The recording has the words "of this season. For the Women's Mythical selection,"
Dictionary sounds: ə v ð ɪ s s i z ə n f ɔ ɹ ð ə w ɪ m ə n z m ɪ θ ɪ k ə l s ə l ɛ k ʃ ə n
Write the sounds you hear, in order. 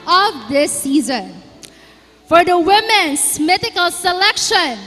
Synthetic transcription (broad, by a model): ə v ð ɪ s s i z ə n f ɔ ɹ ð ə w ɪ m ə n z m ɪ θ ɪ k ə l s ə l ɛ k ʃ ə n